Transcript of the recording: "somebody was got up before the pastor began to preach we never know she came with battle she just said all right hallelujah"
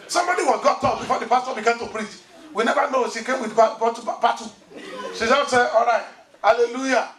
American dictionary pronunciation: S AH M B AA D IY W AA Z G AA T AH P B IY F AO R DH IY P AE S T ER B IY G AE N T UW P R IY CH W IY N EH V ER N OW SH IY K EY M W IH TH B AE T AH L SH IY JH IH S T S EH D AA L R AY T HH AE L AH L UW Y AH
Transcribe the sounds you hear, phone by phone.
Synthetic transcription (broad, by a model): S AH M B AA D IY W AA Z G AA T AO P B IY F AO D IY P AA S T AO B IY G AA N T UW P R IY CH W IY N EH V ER N OW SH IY K EY M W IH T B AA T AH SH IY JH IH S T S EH AA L R AY T HH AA L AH L UW Y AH